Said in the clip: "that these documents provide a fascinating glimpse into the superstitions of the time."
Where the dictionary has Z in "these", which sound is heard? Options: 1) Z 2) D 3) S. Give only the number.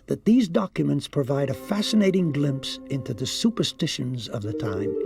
1